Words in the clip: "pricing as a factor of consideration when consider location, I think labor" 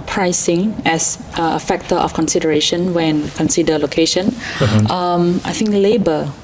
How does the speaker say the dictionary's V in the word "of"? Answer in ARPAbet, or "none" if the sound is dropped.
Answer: F